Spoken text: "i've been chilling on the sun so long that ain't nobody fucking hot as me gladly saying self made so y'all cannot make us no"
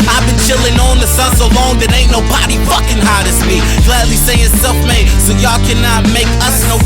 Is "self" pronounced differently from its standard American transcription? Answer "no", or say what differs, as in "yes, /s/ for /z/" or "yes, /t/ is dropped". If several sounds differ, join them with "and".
yes, /l/ is dropped